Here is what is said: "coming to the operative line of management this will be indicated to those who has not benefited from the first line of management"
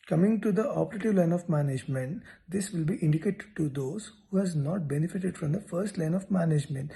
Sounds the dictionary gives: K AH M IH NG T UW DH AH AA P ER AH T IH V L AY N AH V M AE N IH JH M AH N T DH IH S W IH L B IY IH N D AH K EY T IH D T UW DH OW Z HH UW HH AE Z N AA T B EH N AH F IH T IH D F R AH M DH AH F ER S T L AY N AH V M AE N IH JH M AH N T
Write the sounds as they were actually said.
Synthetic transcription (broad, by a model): K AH M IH NG T UW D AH AA P ER AH T IH V L AY N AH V M AE N IH JH M AH N T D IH S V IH L B IY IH N D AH K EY T T UW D OW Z HH UW HH AE Z N AA T B EH N AH F IH T IH D F R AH M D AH F ER S T L AY N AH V M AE N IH JH M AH N T